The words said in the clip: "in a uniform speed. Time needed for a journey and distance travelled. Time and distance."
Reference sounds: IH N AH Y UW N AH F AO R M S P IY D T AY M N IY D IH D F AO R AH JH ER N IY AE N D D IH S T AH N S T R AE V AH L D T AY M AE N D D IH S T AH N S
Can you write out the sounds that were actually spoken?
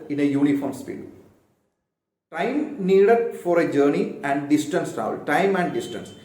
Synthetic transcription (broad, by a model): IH N AH Y UW N AH F AO R M S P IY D T AY M N IY D IH D F AO R AH JH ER N IY AE N D D IH S T AH N S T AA AH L T AY M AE N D D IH S T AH N S